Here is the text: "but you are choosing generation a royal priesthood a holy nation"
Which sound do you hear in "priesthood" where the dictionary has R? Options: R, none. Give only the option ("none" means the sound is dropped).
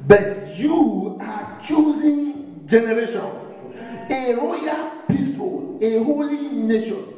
none